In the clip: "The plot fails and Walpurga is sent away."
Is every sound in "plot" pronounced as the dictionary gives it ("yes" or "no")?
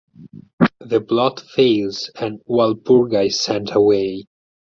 no